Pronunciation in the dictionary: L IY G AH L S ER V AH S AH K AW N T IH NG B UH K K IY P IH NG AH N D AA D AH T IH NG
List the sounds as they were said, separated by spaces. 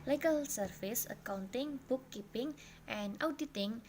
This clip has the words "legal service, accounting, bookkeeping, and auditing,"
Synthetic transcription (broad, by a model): L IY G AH L S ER F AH S AH K AW N T IH NG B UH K K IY P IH NG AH N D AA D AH T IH NG